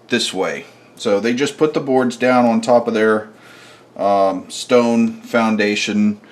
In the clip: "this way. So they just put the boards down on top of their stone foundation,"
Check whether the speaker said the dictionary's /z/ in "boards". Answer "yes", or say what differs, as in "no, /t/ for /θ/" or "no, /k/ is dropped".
yes